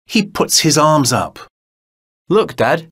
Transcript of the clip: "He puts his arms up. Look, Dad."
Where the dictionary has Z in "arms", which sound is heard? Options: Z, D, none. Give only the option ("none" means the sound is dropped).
Z